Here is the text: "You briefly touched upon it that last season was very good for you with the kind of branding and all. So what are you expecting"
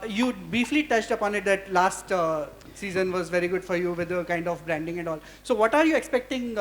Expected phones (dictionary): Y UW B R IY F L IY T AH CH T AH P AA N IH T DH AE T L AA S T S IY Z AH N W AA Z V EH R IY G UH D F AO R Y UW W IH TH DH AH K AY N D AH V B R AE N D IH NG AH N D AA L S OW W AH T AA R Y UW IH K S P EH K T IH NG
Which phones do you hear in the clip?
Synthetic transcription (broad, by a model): Y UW B R IY F L IY T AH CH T AH P AA N IH T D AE T L AA S T S IY Z AH N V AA Z V EH R IY G UH D F AO R Y UW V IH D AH K AY N D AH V B R AE N D IH NG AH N AA L S OW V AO T AA R Y UW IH K S P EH K T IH NG